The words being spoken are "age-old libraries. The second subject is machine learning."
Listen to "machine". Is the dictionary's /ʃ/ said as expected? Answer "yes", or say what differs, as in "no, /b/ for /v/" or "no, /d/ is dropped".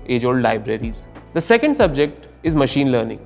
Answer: yes